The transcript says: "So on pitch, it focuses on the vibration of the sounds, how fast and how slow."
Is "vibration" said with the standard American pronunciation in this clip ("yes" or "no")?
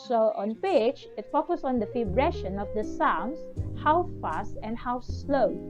no